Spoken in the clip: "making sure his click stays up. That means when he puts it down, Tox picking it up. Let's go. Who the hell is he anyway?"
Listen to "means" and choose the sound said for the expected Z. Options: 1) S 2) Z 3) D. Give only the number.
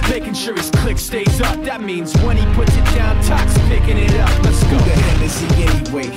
2